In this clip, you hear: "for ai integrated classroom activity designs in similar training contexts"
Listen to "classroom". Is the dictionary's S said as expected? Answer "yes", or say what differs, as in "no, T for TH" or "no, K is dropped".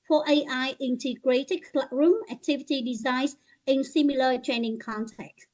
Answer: no, S is dropped